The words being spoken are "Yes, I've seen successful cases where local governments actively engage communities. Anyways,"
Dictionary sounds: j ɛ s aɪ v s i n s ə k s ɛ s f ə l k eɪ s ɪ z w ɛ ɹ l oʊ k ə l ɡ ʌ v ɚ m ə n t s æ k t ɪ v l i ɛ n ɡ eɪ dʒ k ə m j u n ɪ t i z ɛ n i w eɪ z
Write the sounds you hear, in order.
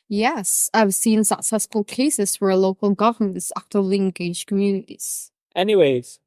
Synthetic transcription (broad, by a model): j ɛ s aɪ v s i n s ə k s ɛ s f ə l k eɪ s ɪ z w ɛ ɹ l oʊ k ə l ɡ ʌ v ɚ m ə n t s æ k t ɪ l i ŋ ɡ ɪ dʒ k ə m j u n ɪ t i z ɛ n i w eɪ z